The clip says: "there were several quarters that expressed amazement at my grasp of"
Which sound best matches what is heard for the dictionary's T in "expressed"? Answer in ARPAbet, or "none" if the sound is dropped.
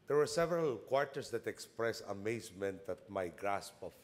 none